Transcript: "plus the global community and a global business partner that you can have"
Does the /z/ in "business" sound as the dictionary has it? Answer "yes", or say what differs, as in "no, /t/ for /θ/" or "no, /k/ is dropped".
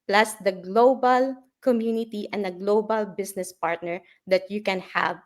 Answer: no, /s/ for /z/